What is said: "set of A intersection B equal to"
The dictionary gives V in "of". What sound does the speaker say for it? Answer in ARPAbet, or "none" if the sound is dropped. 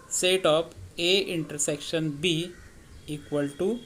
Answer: P